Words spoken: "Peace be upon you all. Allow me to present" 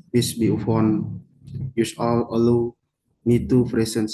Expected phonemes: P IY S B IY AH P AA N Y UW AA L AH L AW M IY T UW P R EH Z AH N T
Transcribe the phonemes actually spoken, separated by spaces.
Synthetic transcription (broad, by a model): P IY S B IY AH F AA N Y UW AA L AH L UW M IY T UW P R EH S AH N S